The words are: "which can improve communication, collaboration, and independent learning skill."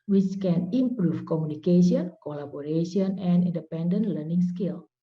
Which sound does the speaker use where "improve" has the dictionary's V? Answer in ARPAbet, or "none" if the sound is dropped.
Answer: F